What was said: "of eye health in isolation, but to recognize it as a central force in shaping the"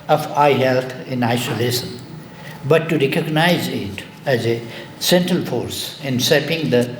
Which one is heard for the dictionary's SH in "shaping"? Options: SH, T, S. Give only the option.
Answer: S